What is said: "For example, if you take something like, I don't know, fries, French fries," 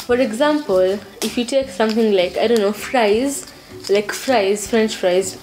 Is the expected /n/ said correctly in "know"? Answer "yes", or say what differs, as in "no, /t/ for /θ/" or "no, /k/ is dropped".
no, /l/ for /n/